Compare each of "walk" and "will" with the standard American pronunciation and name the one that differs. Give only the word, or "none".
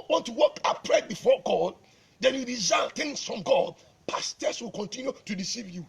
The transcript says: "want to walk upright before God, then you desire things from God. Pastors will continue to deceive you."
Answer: none